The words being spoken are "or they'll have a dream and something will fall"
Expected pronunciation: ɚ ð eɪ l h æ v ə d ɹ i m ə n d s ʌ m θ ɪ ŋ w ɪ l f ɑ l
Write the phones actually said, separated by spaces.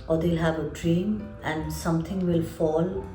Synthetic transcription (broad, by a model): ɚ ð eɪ l h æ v ə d ɹ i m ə n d s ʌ m t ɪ ŋ w ɪ l f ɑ l